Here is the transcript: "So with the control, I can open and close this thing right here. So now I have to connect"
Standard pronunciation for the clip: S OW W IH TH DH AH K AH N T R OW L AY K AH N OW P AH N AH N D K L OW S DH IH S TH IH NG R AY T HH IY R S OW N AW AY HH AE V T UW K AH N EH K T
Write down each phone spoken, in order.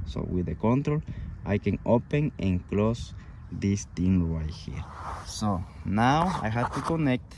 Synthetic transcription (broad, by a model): S OW W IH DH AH K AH N T R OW L AY K AH N OW P AH N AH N K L OW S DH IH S T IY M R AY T HH IY R S OW N AW AY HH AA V T UW K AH N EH K T